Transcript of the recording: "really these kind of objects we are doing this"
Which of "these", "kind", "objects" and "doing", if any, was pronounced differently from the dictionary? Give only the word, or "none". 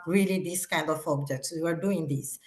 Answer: these